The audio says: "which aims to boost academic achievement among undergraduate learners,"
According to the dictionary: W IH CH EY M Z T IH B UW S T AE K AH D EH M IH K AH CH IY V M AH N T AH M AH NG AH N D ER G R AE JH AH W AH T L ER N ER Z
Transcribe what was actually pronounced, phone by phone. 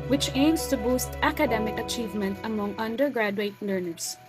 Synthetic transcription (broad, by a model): W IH CH EY M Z T IH B UW S T AE K AH D EH M IH K AH CH IY V M AH N T AH M AH NG AH N D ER G R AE JH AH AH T L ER N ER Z